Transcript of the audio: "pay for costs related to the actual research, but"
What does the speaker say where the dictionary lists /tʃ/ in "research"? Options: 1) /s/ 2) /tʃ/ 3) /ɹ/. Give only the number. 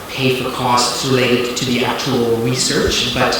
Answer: 2